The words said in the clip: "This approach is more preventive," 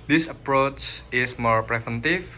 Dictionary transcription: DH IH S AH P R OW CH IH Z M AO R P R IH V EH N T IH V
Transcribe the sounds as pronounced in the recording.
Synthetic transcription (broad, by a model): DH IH S AH P R OW CH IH S M AO R P R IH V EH N T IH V